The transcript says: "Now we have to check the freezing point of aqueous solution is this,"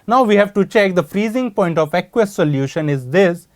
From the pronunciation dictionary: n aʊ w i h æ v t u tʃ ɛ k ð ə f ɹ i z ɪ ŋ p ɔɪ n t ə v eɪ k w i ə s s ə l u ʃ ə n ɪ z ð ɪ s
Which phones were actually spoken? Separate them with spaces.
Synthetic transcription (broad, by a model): n aʊ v i h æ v t u tʃ ɛ k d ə f ɹ i z ɪ ŋ p ɔɪ n t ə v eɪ k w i s s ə l u ʃ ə n ɪ z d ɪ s